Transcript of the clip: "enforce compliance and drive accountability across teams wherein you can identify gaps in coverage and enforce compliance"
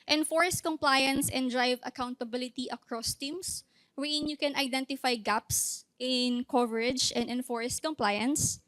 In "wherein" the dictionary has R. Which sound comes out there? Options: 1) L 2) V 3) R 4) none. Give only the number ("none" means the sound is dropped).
4